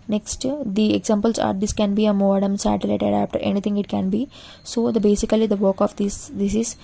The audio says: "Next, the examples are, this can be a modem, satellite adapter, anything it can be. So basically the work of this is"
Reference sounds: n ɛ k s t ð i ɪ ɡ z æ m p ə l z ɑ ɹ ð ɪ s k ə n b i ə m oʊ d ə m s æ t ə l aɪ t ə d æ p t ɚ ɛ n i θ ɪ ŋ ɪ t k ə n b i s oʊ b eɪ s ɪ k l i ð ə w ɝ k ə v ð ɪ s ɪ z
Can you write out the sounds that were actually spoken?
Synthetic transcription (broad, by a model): n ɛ k s t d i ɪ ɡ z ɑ m p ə l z ɑ ɹ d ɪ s k ə n b i ə m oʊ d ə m s æ t ə l aɪ t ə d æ f t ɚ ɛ n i t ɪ ŋ ɪ t k ə n b i s oʊ b eɪ s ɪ k l i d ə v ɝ k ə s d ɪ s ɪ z